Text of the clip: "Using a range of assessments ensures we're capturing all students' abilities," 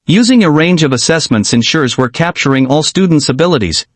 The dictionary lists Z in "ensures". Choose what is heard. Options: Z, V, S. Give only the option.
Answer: Z